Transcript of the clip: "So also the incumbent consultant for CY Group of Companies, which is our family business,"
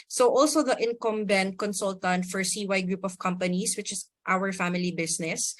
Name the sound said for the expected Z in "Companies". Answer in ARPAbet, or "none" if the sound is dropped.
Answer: S